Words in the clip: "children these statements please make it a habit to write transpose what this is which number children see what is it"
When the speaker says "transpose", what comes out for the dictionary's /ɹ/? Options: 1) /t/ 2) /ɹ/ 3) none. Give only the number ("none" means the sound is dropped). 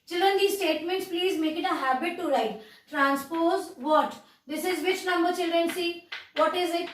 2